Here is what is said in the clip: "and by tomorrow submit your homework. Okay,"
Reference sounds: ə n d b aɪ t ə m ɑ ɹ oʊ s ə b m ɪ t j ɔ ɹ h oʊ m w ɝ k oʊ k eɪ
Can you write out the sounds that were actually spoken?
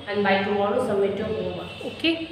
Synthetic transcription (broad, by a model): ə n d b aɪ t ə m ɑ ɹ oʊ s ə m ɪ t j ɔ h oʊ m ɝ oʊ k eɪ